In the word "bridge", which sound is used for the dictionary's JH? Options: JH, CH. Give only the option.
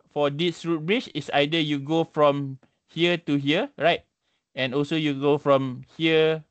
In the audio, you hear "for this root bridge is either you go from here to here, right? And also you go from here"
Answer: CH